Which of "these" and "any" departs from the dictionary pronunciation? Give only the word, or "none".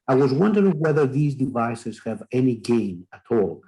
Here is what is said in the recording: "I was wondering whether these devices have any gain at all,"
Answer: none